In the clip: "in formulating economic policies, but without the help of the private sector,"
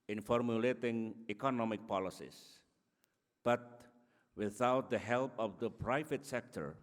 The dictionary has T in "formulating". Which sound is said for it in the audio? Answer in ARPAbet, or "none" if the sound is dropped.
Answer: T